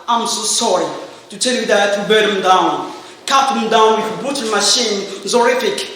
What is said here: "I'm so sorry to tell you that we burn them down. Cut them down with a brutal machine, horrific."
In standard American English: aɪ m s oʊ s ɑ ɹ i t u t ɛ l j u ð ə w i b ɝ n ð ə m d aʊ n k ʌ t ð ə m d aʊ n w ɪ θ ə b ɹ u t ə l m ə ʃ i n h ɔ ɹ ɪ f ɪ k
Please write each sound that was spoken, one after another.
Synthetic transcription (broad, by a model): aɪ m s oʊ s ɑ ɹ i t u t ɛ l j u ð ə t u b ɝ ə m d aʊ n k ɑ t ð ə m d aʊ n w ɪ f ə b u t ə n m ə ʃ i n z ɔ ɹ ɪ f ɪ k